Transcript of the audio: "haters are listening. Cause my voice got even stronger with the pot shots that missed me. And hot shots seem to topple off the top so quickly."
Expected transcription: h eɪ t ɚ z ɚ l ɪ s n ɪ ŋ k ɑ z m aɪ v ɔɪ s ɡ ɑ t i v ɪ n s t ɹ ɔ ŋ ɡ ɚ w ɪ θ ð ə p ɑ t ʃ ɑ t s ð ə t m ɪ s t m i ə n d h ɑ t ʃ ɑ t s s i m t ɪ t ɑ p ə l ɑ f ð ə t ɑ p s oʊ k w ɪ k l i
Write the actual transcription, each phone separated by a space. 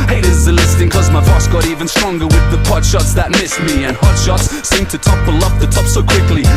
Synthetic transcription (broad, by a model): h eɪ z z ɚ l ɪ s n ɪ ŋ k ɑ z m aɪ f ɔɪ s ɡ ɑ t i v ɪ n s t ɹ ɔ ŋ ɡ ɚ w ɪ ð ə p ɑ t ʃ ɑ t s ð ə t m ɪ s t m i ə n h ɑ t ʃ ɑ t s s i m t ɪ t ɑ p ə l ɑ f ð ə t ɑ p s oʊ k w ɪ k l i